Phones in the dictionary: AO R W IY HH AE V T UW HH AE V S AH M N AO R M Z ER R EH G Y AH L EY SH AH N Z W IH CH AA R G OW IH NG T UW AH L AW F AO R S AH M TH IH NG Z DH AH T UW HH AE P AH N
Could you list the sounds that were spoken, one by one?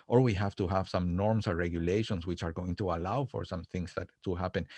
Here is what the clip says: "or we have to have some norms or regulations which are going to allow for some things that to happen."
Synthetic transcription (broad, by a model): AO R W IY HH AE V T UW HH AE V S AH M N AO R M S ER R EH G Y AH L EY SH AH N S W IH CH AA R G OW IH NG T UW AH L AW F AO R S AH M TH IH NG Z DH AH T UW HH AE P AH N